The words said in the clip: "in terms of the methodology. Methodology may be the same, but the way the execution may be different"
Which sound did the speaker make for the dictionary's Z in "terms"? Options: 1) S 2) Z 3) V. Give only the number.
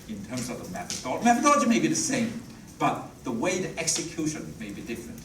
2